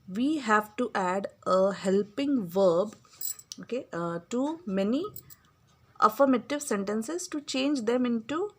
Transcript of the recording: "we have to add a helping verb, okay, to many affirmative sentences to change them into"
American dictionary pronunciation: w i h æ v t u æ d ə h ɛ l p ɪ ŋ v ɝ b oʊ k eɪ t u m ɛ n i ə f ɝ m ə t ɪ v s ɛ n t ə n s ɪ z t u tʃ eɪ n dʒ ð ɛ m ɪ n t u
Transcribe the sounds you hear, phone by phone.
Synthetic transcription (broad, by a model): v i h æ v t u æ d ə h ɛ l p ɪ ŋ v ɝ b oʊ k eɪ t u m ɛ n i ə f ɝ m ə t ɪ v s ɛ n t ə n s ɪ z t u tʃ eɪ n dʒ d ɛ m ɪ n t u